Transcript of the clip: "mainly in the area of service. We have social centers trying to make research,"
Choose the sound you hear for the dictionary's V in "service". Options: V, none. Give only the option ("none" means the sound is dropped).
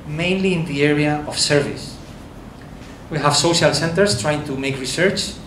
V